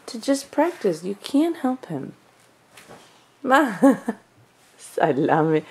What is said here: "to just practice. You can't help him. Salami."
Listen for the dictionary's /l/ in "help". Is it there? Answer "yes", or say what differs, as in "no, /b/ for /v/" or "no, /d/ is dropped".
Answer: yes